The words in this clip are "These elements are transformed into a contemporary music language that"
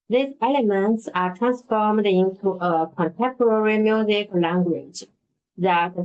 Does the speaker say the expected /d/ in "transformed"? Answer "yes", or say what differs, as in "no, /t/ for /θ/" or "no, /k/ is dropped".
yes